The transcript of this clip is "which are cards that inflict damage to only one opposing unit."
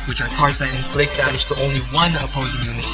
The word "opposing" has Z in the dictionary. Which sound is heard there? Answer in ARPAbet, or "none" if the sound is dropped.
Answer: Z